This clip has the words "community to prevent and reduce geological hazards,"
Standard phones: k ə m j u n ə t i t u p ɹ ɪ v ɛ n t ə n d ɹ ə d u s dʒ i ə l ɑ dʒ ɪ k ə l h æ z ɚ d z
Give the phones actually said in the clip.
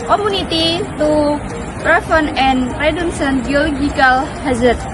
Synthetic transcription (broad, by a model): k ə m u n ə t i t u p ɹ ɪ f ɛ n ə n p ɹ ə d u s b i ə l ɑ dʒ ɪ k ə l h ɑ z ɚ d